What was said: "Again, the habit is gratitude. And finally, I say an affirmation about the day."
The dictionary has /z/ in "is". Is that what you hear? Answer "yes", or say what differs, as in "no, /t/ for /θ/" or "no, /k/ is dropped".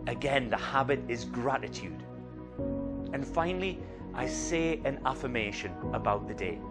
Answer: yes